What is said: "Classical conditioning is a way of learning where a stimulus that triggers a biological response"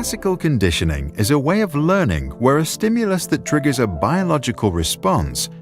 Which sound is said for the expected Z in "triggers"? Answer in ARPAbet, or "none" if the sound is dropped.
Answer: Z